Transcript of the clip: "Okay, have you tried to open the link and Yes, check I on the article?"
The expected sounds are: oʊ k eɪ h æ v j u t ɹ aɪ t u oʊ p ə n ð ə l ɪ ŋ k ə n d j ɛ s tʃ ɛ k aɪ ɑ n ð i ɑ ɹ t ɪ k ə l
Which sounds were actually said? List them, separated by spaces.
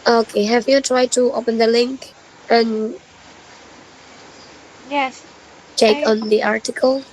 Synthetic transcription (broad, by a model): oʊ k eɪ h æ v j u t ɹ aɪ t u oʊ p ə n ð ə l ɪ ŋ k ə n j ɛ s tʃ ɛ k ɑ n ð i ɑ ɹ t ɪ k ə l